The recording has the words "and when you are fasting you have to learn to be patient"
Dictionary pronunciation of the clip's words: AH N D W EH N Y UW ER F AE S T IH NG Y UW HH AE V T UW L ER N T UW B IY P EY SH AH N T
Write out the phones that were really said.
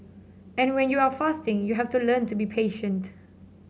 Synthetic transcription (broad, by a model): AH N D W EH N Y UW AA F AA S T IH NG Y UW HH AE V T UW L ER N T UW B IY P EY SH AH N T